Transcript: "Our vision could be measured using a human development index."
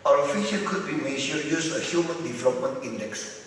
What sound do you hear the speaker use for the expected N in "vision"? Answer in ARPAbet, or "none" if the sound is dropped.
L